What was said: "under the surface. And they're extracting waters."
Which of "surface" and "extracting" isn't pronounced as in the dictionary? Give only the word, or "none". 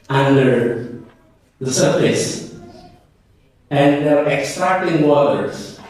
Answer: none